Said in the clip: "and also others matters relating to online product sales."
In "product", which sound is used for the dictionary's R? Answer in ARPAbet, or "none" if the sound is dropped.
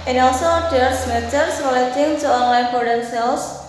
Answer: none